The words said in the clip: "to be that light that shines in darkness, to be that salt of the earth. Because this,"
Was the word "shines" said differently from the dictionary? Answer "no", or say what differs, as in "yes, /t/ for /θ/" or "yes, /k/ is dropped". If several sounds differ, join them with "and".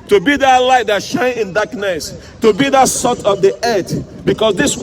yes, /z/ is dropped